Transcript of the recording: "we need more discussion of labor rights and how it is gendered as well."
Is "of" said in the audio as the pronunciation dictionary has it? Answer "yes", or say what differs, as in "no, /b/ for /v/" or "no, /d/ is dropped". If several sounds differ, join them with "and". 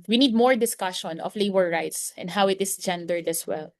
no, /f/ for /v/